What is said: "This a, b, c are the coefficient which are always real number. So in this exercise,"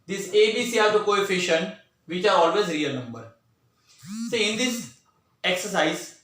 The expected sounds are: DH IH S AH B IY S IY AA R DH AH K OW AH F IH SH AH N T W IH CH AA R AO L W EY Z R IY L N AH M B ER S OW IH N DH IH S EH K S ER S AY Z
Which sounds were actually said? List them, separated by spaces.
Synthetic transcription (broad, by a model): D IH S AH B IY S IY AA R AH K OW AH F IH SH AH N T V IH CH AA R AO L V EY Z R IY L N AH M B ER S OW IH N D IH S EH K S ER S AY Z